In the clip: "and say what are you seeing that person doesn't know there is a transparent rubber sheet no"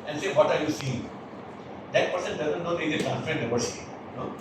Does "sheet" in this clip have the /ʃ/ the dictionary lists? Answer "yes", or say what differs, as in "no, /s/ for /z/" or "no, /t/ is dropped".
no, /s/ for /ʃ/